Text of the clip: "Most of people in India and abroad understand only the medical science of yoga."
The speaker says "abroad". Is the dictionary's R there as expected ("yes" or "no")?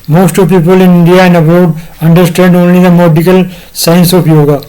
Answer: no